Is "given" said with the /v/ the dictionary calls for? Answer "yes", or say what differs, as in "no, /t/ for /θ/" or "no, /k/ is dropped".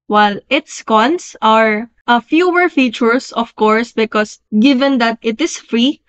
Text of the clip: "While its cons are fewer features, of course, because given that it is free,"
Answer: yes